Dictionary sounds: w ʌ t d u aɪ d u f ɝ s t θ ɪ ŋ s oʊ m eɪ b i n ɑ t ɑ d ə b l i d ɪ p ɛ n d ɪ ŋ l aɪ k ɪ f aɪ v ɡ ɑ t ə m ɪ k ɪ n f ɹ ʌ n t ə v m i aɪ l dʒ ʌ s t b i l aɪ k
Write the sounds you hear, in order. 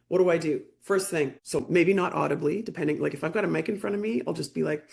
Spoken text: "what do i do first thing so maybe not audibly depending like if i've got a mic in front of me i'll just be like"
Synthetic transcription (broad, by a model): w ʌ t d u aɪ d u f ɝ s t θ ɪ ŋ s oʊ m eɪ b i n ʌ t ɑ d ə b l i d ɪ p ɛ n d ɪ ŋ l aɪ k ɪ f aɪ v ɡ ɑ t ə m ɪ k ɪ n f ɹ ʌ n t ə v m i aɪ l dʒ ʌ s b i l aɪ k